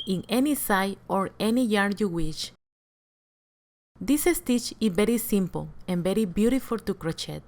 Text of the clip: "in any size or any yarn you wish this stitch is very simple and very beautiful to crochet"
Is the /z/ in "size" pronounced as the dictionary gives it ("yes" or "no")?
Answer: no